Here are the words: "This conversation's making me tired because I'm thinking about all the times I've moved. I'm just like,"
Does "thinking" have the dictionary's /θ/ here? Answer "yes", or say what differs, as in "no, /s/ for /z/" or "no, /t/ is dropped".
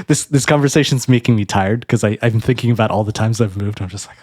yes